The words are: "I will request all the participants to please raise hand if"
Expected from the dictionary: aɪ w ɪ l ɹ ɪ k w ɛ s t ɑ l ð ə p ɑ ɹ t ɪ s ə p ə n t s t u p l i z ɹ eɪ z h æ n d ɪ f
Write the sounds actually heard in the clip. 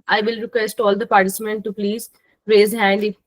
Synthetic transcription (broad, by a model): aɪ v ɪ l ɹ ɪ k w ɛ s t ɑ l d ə p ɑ ɹ t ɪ s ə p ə n t t u p l i z ɹ eɪ z h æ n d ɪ